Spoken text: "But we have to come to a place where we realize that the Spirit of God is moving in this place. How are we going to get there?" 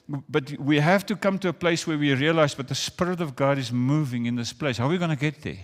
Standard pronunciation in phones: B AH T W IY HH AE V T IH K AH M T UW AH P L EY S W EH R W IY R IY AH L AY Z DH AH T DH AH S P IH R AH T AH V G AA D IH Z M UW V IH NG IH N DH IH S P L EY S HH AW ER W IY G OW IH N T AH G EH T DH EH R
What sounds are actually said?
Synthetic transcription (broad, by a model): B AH T W IY HH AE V T IH K AH M T UW AH P L EY S W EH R W IY R IY AH L AY Z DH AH T DH AH S P IH R AH T AH V G AA D IH Z M UW V IH NG IH N DH IH S P L EY S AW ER W IY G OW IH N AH G EH T DH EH R